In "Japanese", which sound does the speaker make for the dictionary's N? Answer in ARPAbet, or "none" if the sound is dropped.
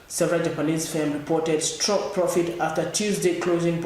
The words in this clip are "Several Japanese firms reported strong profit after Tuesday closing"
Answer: L